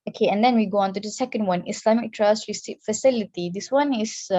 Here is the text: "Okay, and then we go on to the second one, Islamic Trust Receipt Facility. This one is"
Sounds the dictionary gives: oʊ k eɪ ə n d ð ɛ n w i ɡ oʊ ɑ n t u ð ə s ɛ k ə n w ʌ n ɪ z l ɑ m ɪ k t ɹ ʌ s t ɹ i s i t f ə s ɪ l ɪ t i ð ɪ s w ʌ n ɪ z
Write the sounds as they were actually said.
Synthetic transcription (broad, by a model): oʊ k eɪ ə n d ɛ n w i ɡ oʊ ɑ n t u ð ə s ɛ k ə n w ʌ n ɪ s l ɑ m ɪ k t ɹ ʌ s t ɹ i s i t f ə s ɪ l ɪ t i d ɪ s w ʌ n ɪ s